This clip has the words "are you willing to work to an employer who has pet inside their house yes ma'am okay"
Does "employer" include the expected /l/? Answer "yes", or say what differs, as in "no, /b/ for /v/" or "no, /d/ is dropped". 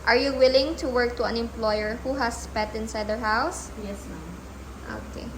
yes